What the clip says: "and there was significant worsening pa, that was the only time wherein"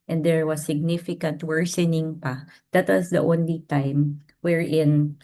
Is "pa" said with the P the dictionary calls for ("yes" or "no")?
yes